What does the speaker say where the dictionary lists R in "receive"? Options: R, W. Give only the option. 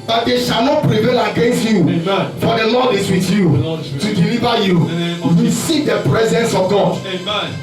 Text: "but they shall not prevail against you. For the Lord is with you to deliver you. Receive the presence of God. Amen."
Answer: W